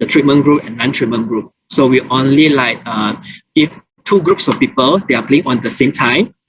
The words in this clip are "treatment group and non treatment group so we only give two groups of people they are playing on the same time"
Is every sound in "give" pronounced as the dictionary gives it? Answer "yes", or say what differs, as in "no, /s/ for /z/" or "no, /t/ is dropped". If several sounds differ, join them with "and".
no, /f/ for /v/